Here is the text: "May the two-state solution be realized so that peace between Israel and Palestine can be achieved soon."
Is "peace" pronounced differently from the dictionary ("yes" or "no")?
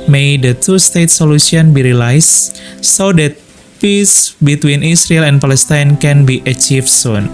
no